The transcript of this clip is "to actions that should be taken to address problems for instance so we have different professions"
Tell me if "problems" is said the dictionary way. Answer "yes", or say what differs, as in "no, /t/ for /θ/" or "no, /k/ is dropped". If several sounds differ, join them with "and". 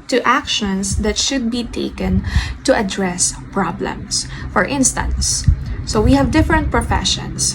no, /s/ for /z/